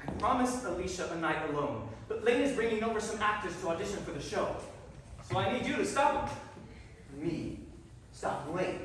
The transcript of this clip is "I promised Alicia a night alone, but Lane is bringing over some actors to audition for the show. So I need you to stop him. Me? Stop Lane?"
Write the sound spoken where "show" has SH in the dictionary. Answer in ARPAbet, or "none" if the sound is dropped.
SH